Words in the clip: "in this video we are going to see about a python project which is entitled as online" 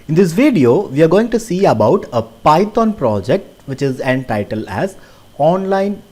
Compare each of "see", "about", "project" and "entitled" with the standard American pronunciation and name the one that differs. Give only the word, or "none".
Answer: entitled